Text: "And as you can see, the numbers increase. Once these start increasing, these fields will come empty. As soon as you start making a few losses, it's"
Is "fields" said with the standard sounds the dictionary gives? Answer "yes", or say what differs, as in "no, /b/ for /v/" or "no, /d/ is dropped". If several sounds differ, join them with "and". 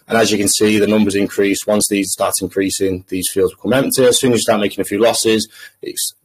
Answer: yes